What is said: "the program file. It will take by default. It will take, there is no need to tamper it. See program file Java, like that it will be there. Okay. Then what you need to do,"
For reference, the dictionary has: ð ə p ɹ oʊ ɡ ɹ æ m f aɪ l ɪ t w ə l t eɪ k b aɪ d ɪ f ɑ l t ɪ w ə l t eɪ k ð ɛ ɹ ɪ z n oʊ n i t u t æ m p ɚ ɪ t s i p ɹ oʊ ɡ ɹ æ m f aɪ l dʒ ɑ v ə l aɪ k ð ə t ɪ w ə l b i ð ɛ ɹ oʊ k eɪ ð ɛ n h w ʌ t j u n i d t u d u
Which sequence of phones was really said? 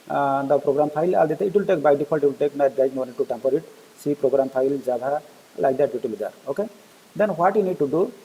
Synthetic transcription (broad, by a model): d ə p ɹ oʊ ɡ ɹ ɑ m p aɪ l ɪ t w ə l t eɪ k b aɪ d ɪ p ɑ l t ɪ w ə l t eɪ k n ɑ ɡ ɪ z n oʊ n i t u t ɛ m p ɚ ɪ t s i p ɹ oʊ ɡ ɹ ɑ m p aɪ l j ɑ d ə l aɪ k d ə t ɪ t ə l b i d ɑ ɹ oʊ k eɪ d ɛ n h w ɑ t j u n i d t u d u